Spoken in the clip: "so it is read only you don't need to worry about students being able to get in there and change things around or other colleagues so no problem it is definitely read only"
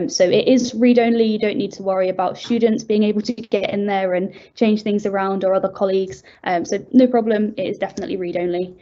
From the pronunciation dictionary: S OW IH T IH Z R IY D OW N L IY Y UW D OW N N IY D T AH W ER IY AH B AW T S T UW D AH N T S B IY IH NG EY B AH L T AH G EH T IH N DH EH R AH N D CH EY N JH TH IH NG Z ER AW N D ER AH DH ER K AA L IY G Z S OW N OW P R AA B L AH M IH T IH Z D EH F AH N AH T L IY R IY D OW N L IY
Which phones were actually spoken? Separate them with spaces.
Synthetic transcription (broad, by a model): S OW IH T IH Z R IY D OW N L IY Y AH D OW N N IY D T AH W ER IY AH B AW T S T UW D N T S B IY IH NG EY B AH L T AH G EH T IH N DH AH R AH N CH EY N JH TH IH NG Z ER AW N D ER AH DH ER K AA L IY G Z S OW N OW P R AA B L AH M IH T IH Z D EH F AH N AH T L IY R IY D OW N L IY